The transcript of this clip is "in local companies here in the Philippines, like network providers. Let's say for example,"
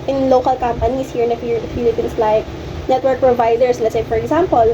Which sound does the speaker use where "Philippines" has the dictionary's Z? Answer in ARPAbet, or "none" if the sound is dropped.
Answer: S